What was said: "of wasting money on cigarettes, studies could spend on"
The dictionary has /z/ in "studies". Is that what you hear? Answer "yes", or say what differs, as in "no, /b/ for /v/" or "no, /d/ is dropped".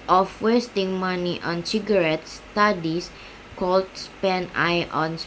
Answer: no, /s/ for /z/